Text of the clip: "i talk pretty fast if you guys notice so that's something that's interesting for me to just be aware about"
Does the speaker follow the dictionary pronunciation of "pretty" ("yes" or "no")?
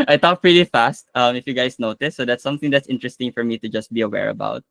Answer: yes